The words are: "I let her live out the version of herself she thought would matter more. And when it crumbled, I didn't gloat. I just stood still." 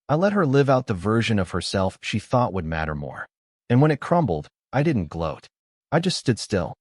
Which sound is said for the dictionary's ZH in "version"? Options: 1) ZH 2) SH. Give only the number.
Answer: 1